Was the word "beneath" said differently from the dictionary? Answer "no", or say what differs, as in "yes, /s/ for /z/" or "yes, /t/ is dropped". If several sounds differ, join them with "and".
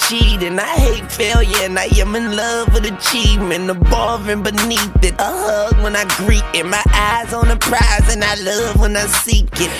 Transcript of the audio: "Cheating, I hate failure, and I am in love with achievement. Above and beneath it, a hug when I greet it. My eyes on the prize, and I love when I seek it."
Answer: no